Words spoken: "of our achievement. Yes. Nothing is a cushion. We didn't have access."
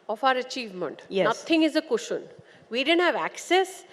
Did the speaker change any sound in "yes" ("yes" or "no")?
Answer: yes